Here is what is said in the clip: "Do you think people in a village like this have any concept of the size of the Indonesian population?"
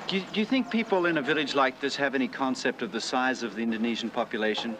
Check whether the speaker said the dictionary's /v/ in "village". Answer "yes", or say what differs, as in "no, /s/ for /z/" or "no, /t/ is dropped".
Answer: yes